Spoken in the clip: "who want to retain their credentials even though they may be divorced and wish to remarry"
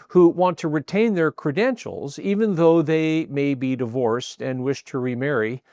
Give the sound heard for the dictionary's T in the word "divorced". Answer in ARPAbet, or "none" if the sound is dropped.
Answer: T